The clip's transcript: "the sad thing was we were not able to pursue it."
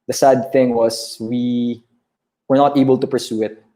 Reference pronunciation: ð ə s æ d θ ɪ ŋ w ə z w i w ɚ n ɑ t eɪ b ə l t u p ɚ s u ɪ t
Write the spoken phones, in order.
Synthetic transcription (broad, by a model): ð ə s æ d θ ɪ ŋ w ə s w i w ɚ n ɑ t eɪ b ə l t u p ɚ s u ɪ t